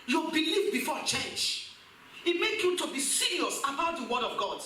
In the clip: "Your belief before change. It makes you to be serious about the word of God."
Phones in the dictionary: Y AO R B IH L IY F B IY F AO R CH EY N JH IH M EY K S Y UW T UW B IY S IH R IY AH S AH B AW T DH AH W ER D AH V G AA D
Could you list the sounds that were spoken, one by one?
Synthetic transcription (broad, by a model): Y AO B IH L IY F B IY F AO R CH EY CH IH M EY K Y UW T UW B IY S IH R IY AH S AH B AW T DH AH W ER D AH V G AA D